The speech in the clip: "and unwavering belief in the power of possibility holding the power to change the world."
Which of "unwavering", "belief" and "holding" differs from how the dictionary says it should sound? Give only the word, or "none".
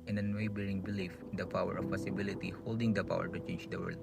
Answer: unwavering